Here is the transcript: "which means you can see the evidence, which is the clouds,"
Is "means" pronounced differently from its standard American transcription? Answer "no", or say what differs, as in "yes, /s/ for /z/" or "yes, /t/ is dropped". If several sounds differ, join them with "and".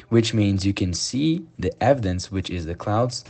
no